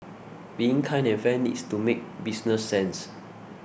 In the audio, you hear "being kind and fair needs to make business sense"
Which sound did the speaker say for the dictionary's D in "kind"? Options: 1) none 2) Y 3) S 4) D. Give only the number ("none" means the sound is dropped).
1